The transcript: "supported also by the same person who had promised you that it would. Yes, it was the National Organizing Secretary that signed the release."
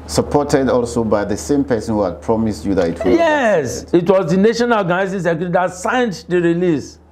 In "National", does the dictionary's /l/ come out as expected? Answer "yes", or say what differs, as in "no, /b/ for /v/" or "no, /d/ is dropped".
no, /n/ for /l/